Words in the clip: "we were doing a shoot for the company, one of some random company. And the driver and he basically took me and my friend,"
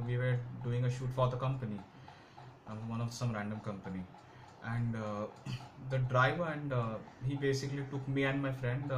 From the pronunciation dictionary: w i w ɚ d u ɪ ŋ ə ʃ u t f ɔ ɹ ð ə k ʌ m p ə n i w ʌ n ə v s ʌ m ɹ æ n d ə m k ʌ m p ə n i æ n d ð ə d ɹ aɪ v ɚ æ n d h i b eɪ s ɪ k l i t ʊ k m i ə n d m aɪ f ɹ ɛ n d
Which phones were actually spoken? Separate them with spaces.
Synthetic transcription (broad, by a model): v i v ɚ d u ɪ ŋ ə ʃ u t f ɔ ɹ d ə k ʌ m p ə n i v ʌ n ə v s ʌ m ɹ æ n d ə m k ʌ m p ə n i æ n d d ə d ɹ aɪ v ɚ æ n d h i b eɪ s ɪ k l i t ʊ k m i ə n d m aɪ f ɹ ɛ n d